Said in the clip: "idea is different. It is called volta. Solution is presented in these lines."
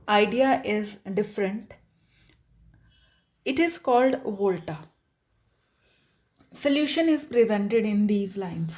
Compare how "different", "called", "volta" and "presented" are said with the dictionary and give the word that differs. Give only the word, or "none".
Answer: none